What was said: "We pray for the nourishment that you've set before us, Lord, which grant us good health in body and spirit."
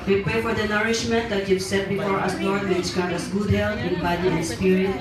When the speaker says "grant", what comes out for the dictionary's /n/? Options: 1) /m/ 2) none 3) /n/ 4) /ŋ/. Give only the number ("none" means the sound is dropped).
2